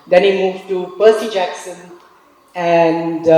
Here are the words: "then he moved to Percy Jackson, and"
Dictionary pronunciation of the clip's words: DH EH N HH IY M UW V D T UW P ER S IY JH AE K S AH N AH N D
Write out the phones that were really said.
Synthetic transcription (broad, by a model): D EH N HH IY M UW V T UW P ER S IY JH AE K S AH N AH N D